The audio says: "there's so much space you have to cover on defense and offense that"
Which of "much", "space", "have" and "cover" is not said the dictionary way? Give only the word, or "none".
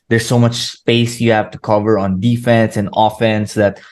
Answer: none